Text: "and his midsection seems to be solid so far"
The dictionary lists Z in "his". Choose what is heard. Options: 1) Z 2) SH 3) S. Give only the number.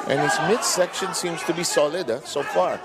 3